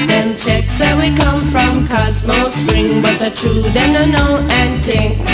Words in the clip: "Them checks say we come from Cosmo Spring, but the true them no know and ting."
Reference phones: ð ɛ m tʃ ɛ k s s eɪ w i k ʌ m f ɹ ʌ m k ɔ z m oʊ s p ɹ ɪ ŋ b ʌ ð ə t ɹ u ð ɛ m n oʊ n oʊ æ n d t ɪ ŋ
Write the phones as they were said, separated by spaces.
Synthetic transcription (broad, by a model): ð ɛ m tʃ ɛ k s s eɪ w i k ʌ m f ɹ ʌ m k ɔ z m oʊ s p ɹ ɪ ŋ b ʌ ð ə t u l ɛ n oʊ n oʊ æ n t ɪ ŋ